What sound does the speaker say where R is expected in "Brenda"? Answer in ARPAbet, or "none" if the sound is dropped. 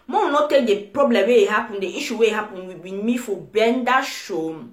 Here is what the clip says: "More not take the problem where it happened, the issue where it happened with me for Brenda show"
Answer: none